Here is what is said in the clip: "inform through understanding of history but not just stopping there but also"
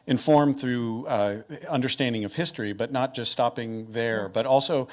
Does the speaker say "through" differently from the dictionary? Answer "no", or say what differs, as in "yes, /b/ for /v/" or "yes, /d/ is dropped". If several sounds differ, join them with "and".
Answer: no